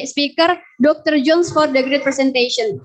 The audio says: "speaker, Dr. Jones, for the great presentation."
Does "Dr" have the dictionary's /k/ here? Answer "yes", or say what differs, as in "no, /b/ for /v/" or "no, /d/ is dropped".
yes